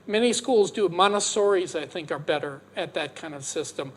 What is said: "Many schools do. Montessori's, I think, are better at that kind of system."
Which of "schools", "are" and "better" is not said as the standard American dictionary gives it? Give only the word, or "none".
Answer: none